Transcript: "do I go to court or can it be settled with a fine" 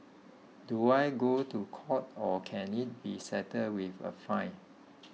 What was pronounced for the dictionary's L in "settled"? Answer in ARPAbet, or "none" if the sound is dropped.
none